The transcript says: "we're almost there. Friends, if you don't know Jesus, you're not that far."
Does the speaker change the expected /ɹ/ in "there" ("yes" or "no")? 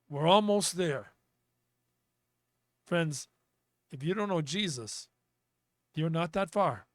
no